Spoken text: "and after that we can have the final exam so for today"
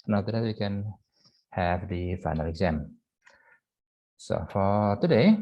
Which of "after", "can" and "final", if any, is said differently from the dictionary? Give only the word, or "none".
after